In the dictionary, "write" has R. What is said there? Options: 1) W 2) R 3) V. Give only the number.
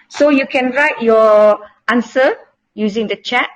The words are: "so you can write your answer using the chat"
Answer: 2